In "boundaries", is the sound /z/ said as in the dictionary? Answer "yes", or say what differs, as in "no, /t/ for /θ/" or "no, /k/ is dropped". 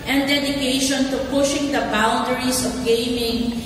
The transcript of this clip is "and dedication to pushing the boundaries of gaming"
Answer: no, /s/ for /z/